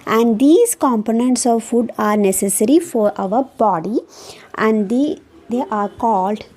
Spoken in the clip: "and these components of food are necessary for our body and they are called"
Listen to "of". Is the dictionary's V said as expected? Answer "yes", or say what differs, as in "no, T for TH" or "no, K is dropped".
yes